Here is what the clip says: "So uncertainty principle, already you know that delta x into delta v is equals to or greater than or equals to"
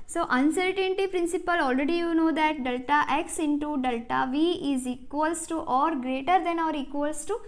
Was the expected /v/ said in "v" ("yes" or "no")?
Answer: yes